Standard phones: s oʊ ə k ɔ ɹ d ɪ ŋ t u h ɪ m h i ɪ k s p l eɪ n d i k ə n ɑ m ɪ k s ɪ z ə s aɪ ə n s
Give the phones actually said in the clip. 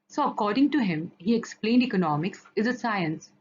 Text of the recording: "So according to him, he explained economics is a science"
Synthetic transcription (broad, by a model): s oʊ ə k ɔ ɹ d ɪ ŋ t u h ɪ m h i ɪ k s p l eɪ n d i k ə n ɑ m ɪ k s ɪ z ə s aɪ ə n s